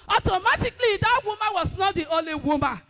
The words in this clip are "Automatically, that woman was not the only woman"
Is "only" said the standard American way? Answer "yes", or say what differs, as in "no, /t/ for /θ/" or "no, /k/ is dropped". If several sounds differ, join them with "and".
no, /n/ is dropped